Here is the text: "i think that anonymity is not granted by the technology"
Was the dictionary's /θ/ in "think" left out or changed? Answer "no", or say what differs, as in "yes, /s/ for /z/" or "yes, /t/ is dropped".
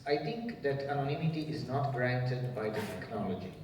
yes, /t/ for /θ/